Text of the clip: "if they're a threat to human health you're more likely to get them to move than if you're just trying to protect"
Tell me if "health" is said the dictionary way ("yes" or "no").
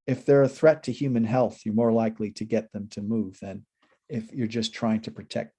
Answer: yes